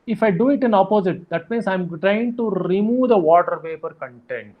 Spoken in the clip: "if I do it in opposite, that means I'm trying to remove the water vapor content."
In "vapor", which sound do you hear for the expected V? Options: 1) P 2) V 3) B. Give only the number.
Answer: 1